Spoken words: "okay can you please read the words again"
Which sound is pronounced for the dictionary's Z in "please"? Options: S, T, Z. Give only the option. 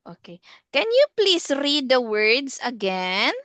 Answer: S